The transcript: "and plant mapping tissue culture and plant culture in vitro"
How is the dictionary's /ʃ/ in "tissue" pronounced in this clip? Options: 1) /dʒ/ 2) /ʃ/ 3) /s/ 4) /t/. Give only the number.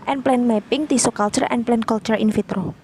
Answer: 3